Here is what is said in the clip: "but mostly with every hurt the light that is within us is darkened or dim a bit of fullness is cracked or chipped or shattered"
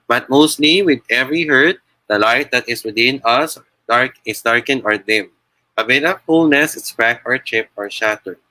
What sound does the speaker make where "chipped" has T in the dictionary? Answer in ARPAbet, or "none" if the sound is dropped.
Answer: none